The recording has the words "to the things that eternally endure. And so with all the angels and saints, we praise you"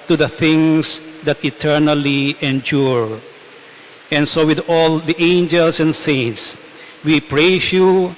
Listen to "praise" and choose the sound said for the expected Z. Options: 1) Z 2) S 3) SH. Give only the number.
2